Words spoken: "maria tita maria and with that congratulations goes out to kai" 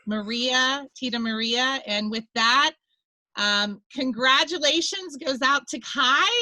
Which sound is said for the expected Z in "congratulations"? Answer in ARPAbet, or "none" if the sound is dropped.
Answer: Z